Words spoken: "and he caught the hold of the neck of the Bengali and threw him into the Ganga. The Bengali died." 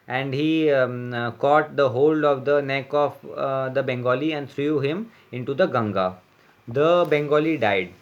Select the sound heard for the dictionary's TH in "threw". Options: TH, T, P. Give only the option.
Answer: T